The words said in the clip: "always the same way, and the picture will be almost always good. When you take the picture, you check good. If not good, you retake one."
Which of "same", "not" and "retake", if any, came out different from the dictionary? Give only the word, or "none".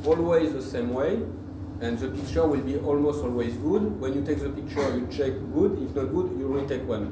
retake